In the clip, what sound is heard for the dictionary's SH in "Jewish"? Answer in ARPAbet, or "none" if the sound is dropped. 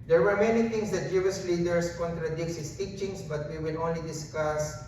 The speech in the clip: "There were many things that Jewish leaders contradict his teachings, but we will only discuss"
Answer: S